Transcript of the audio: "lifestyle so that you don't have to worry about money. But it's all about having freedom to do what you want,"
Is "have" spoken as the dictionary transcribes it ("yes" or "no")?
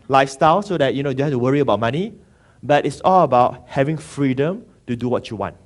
no